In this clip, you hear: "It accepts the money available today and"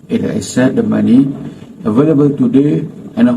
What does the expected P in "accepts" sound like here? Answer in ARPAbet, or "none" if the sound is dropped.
none